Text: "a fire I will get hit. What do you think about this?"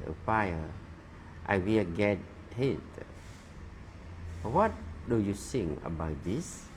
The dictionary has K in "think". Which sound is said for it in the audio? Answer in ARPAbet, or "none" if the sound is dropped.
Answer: none